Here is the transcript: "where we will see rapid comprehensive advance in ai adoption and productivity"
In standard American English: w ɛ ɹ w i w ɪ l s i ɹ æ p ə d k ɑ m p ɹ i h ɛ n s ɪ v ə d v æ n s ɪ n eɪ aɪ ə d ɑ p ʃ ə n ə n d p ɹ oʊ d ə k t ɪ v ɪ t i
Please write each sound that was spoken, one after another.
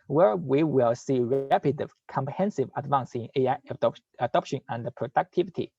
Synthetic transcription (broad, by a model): w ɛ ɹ w i w ɪ l s i ɹ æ p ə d k ɑ m p ɹ i h ɛ n s ɪ v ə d v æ n s ɪ n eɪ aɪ ə d ɑ p ʃ ə n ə n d p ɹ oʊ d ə k t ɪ v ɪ t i